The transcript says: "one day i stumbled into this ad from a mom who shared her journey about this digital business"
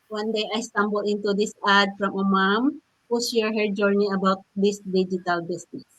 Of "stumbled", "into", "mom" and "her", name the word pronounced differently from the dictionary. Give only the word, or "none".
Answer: stumbled